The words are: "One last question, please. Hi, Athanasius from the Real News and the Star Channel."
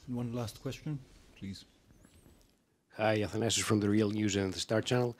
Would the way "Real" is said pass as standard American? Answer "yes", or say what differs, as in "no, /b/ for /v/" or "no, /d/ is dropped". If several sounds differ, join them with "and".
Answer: yes